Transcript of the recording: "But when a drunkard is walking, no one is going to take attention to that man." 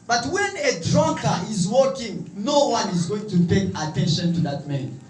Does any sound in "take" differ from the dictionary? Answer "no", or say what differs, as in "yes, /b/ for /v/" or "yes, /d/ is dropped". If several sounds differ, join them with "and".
yes, /k/ is dropped